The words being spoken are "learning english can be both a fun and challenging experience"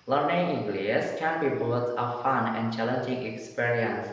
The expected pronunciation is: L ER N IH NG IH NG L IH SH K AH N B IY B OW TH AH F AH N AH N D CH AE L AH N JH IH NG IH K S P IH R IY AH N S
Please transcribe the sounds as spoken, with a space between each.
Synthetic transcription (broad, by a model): L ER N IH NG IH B L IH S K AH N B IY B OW S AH F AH N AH N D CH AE L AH N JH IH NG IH K S P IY R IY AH N S